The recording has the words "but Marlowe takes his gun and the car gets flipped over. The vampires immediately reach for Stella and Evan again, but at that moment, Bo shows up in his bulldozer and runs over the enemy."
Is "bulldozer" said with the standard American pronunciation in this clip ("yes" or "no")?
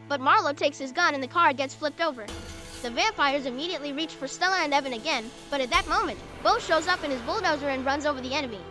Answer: yes